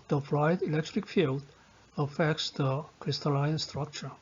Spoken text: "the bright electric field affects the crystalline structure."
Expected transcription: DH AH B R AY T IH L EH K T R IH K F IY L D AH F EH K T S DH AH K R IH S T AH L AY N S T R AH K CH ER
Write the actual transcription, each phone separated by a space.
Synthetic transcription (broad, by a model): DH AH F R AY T IH L EH K T R IH K F IY L D AH F EH K T S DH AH K R IH S T AH L AY N S T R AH K CH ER